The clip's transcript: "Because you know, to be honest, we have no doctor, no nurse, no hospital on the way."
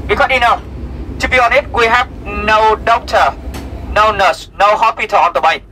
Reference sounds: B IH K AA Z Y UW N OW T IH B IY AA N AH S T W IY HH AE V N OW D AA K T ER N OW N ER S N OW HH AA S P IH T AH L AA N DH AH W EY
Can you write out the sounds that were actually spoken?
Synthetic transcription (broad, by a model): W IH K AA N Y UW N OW T IH B IY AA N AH T W IY HH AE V N OW D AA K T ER N OW N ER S N OW HH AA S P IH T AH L AA N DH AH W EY